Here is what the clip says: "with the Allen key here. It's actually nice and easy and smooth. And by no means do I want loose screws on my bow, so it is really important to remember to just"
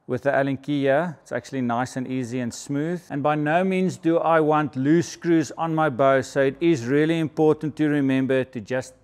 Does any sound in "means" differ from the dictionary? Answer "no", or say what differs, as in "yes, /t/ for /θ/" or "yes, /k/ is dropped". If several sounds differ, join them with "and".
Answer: no